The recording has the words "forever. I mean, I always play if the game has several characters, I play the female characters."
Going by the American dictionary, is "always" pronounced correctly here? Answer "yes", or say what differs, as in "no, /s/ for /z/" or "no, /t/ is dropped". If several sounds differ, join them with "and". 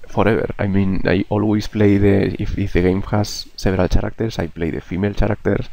no, /s/ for /z/